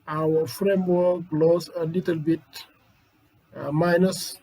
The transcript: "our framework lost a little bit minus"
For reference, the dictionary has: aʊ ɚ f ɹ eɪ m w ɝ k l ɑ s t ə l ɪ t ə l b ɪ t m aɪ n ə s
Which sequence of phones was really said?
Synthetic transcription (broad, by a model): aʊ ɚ f ɹ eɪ m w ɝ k l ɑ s ə l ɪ t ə l b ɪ t m aɪ n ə s